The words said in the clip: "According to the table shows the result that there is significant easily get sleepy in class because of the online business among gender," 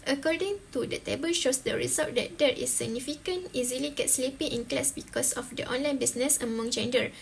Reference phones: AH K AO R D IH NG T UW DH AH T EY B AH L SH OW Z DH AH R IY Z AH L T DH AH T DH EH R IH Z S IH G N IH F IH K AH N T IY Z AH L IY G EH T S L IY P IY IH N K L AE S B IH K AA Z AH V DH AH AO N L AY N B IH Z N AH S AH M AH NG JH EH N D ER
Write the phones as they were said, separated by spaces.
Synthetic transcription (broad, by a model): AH K AO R D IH NG T UW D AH T EY B AH L SH OW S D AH R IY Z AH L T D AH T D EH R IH S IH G N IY F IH K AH N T IY Z AH L IY G EH T S L IY P IY IH N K L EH S B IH K AA S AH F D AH AO N L AY N B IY S N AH S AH M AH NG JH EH N D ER